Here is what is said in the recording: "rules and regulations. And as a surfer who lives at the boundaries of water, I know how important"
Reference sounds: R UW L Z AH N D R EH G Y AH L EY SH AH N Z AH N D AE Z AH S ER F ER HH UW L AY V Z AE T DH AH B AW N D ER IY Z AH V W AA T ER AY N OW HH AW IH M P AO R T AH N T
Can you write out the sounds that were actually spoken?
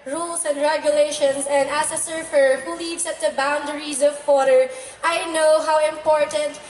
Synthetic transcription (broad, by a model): R UW L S AH N D R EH G Y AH L EY SH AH N S AH N D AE S AH S ER F ER HH UW L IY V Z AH T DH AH B AW N D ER IY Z AH V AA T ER AY N OW HH AW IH M P AO R T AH N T